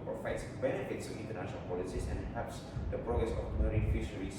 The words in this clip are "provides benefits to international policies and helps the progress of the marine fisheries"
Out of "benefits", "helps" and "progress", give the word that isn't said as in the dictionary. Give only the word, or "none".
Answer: helps